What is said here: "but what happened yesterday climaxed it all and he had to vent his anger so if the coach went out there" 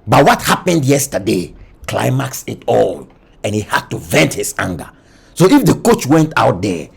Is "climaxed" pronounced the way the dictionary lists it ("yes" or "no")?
no